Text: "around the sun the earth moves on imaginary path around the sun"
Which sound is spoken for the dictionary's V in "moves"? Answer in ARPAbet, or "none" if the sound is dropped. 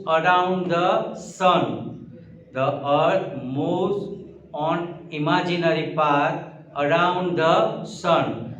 none